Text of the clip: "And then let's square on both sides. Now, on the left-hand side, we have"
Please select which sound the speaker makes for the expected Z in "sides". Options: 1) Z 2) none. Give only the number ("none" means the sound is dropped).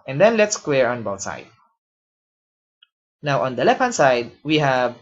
2